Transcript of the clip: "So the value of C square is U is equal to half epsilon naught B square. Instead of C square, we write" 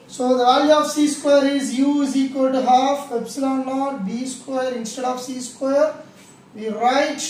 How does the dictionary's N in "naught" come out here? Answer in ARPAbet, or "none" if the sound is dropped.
L